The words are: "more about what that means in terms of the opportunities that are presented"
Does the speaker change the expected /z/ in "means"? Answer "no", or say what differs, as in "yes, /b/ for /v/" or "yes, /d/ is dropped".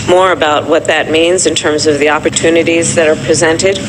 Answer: no